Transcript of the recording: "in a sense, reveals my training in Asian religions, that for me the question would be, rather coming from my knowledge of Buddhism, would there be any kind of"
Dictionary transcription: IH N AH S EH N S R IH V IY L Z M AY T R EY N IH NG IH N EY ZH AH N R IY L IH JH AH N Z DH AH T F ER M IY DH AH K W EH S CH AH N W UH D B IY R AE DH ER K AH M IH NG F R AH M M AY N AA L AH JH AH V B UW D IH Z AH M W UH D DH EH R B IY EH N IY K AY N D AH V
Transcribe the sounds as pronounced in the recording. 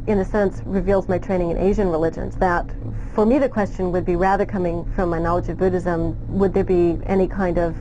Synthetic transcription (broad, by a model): IH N AH S EH N S R IH V IY L Z M AY T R EY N IH NG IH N EY ZH AH N R IY L IH JH AH N Z DH AH T F ER M IY DH AH K W EH S CH AH N W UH D B IY R AE DH ER K AH M IH NG F R AH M M AY N AA L AH JH AH V B UW D IH Z AH M W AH D DH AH R B IY EH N IY K AY N D AH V